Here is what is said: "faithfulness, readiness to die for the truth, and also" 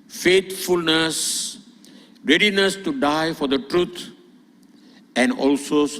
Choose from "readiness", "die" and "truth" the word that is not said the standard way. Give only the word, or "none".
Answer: truth